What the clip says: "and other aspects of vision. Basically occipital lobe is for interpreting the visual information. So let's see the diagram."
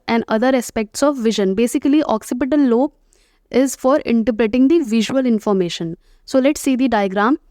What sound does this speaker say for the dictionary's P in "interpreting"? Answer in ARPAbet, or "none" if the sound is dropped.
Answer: B